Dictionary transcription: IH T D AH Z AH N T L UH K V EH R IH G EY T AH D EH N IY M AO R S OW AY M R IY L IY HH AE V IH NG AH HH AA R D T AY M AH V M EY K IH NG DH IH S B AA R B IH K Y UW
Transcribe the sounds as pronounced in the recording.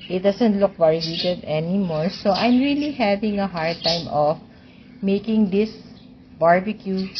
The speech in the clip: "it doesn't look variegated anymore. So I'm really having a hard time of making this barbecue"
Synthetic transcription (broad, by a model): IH T D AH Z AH N T L UH K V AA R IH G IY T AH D EH N IY M AO R S OW AY M R IY L IY HH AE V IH NG AH HH AA R D T AY M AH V M EY K IH NG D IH S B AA R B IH K Y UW